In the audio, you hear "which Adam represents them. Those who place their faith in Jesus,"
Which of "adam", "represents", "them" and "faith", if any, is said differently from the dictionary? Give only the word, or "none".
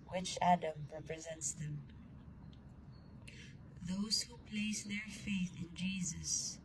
none